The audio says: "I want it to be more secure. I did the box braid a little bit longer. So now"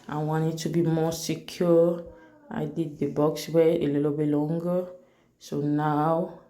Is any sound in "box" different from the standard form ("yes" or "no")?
no